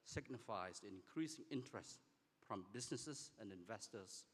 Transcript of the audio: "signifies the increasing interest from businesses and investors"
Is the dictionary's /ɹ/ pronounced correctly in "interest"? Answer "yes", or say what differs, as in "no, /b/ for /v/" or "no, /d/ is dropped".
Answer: yes